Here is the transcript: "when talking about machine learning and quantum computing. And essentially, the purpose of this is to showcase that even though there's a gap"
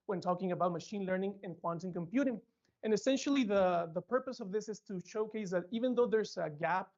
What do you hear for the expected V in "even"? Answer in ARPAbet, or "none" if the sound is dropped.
V